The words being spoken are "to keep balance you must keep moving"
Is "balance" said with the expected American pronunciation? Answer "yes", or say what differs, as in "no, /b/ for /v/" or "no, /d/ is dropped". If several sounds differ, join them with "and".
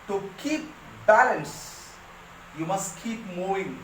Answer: yes